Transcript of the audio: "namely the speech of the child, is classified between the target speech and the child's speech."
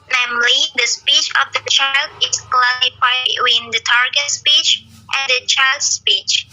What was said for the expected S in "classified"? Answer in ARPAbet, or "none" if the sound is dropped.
none